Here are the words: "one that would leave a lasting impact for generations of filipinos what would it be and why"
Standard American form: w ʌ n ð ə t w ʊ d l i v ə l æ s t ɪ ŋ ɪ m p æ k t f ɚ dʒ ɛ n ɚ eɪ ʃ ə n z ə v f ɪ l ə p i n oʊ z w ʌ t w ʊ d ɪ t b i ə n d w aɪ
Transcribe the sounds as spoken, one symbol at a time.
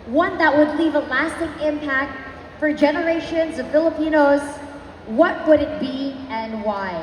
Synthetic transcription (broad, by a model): w ʌ n ð ə t w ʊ d l i v ə l æ s t ɪ ŋ ɪ m p æ k t f ɚ dʒ ɛ n ɚ eɪ ʃ ə n z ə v f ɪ l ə p i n oʊ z w ʌ t w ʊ d ɪ t b i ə n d w aɪ